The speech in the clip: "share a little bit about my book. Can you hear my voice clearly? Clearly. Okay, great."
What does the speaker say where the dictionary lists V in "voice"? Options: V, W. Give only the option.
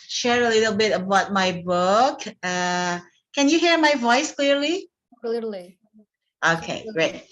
V